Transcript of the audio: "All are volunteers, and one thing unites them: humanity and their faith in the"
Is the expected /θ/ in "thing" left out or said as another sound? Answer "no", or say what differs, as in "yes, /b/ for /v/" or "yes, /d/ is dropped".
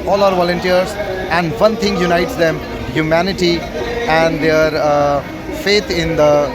yes, /t/ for /θ/